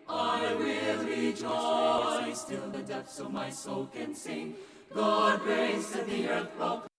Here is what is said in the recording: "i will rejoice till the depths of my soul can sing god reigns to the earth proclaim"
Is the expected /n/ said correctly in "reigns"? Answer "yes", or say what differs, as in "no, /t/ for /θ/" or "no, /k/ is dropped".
no, /n/ is dropped